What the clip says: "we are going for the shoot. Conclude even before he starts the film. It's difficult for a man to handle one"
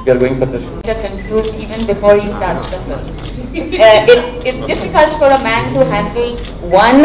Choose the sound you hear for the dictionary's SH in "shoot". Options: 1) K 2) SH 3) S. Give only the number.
3